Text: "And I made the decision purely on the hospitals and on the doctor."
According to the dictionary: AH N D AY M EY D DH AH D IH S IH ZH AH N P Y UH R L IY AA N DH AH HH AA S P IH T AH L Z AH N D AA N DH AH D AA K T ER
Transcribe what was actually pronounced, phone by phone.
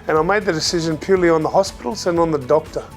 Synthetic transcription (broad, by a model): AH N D AY M EY D DH AH D IH S IH ZH AH N P Y UH R L IY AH N DH AH HH AA S P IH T L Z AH N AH N DH AH D AA K T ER